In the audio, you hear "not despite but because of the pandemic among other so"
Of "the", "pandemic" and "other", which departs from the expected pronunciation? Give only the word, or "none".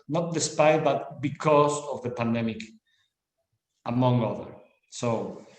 none